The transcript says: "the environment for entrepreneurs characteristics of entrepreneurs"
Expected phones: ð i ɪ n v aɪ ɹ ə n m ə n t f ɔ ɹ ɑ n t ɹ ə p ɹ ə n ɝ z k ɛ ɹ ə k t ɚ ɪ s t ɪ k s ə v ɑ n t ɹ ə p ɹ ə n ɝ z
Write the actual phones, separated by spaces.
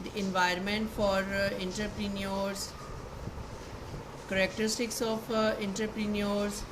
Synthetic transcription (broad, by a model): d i ɪ n v aɪ ɹ ə n m ə n t f ɔ ɹ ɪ n t ɹ p ɹ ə n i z k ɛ ɹ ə k t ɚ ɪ s t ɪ k s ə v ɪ n t ɹ p ɹ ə n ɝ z